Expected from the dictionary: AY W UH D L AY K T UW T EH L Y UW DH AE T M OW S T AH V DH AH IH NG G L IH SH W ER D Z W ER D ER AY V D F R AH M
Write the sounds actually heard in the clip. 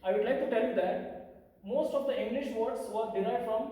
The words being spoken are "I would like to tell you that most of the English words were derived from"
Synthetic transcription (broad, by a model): AY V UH D L AY K T UW T EH L Y UW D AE T M OW S T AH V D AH IH NG G L IH SH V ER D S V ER D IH AY D F R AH M